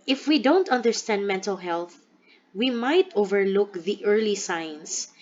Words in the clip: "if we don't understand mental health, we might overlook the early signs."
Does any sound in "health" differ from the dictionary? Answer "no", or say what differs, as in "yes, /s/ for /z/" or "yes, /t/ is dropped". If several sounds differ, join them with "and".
no